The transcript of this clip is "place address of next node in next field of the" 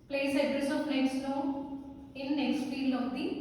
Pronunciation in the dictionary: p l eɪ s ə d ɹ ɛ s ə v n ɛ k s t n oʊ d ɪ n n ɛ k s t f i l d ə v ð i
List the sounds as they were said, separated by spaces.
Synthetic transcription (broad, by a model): p l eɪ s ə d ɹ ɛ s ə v n ɛ k s t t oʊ ɪ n n ɛ k s t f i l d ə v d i